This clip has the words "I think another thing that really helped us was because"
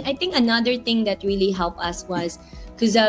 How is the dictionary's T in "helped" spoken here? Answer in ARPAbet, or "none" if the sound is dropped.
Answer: none